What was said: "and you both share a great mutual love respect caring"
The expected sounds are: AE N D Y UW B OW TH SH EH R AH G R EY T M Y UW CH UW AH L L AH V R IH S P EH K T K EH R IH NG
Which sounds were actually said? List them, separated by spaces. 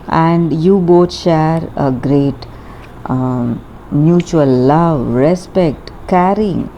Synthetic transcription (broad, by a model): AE N D Y UW B OW T SH EH R AH G R EY T M Y UW CH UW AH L L AH V R IH S P EH K T K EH R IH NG